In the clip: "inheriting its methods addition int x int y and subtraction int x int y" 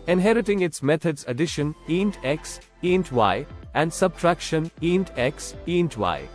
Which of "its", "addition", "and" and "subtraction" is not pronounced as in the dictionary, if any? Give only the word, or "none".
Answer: none